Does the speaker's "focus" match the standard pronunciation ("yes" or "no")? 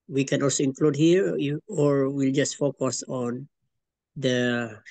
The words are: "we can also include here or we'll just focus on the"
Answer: yes